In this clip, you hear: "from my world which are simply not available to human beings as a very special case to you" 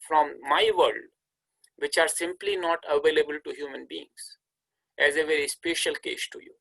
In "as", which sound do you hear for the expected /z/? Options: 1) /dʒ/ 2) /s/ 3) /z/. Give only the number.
3